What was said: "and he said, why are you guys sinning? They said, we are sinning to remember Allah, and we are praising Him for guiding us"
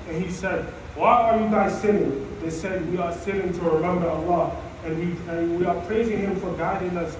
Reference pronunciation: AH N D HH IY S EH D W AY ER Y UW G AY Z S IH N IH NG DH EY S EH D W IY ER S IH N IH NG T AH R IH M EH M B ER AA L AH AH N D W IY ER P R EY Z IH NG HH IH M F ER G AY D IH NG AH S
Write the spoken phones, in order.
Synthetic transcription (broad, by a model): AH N HH IY S EH D W AY ER Y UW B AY S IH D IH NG DH EY S EH D W IY ER S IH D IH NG T AH R IH M EH M B ER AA L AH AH N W W IY ER P R EY Z IH NG HH IH M F ER G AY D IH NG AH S